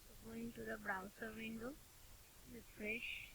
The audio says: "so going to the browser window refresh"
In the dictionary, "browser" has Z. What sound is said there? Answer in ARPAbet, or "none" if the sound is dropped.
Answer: S